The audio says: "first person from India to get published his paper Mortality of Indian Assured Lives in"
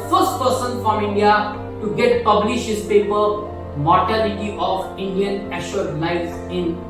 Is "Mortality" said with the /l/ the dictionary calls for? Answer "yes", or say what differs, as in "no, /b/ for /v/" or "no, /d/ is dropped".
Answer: no, /n/ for /l/